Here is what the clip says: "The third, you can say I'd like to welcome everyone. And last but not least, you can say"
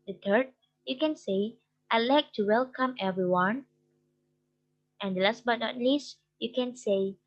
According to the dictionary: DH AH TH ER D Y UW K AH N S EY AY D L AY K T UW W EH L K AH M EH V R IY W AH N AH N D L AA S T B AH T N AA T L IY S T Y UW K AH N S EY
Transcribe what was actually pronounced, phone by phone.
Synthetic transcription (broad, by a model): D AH T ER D Y UW K AH N S EY AY L AY K T UW W EH L K AH M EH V R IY W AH N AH N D L AA S T B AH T N AA T L IY S T Y UW K AH N S EY